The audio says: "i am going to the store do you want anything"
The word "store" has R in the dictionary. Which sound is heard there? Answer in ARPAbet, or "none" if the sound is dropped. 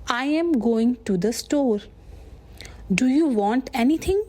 R